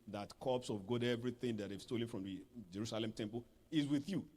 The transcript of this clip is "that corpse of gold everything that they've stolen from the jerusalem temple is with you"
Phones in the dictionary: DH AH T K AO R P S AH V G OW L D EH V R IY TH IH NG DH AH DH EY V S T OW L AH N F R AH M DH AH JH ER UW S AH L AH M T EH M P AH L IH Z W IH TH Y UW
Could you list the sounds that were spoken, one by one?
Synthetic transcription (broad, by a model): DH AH T K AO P S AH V G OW D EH V R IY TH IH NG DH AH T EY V S T OW L AH N F R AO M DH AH JH ER UW S AH L AH M T EH M P AH L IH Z W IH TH Y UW